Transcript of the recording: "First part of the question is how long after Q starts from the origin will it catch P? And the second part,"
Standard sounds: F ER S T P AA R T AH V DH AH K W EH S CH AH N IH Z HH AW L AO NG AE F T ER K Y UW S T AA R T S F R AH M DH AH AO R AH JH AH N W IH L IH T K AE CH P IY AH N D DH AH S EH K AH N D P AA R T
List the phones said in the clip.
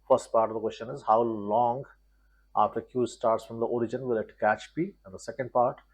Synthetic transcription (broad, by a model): F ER S T P AA R T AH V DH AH K W EH S CH AH N IH Z HH AW L AO NG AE F T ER K Y UW S T AA R T S F R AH M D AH AO R AH JH AH N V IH L IH T K AE CH B IY AH N D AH S EH K AH N D P AA R T